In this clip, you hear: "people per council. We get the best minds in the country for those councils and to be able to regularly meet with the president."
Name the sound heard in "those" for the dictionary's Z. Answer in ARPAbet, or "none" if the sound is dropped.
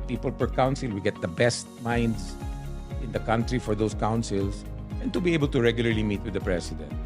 S